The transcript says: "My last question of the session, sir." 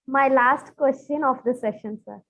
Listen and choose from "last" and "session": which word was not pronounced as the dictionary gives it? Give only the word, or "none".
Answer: none